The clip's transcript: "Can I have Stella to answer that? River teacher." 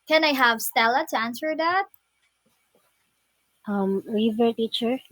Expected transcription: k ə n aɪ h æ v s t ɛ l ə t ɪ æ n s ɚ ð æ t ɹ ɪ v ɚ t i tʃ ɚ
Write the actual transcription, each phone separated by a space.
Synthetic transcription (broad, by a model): k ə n aɪ h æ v s t ɛ l ə t ɪ æ n s ɚ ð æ t ɹ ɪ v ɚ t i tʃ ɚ